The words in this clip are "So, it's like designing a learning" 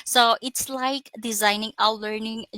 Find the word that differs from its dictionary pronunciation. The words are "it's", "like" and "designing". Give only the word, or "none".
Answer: none